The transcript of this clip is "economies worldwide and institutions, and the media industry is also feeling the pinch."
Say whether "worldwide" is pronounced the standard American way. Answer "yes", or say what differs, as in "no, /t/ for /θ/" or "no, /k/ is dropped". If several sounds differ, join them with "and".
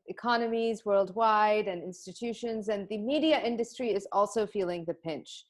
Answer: yes